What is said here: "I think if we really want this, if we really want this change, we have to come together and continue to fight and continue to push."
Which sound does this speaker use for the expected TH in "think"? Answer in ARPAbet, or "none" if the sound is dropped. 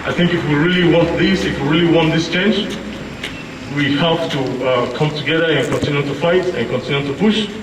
TH